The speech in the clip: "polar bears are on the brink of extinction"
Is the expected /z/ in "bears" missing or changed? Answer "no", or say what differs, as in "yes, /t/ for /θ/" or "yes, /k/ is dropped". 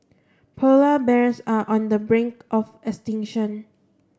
yes, /s/ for /z/